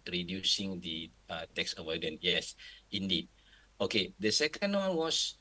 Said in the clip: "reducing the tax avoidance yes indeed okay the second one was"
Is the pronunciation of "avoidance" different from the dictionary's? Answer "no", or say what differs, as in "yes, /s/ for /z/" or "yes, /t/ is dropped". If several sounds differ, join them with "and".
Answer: yes, /s/ is dropped